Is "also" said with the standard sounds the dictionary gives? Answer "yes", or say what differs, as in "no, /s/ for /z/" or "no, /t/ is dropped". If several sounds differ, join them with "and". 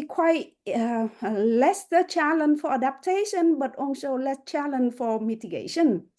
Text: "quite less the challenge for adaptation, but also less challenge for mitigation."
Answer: no, /n/ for /l/